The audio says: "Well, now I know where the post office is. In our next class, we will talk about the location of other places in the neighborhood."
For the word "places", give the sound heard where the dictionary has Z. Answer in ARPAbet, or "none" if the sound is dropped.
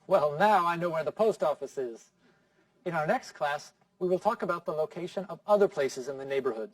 Z